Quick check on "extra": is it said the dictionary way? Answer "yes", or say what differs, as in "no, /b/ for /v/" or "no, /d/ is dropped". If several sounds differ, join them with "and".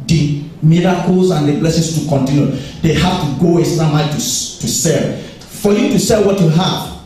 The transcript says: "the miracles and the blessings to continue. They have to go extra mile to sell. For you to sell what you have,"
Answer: no, /k/ is dropped